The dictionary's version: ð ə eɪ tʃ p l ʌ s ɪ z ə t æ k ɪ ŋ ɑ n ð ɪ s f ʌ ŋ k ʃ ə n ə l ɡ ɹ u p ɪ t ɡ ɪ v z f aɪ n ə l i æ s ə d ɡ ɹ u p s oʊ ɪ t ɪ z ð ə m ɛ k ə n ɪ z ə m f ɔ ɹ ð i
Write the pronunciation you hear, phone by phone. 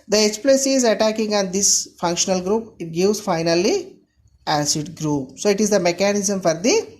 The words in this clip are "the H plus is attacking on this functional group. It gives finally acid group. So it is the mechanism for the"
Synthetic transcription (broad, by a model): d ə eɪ s p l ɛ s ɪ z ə t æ k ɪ ŋ ɑ n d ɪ s f ʌ ŋ k ʃ ə n ə l ɡ ɹ u p ɪ t ɡ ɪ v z f aɪ n ə l i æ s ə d ɡ ɹ u p s oʊ ɪ t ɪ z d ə m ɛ k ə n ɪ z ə m f ɔ ɹ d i